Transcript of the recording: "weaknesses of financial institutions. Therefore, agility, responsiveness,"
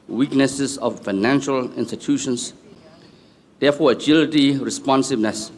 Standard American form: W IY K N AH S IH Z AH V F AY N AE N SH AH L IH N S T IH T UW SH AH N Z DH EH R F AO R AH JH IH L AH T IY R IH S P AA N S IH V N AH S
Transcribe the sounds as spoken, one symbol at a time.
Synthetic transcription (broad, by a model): W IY K N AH S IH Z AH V F AY N AE N SH AH L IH N S T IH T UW SH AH N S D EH F AO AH JH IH L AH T IY R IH S P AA N S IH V N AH S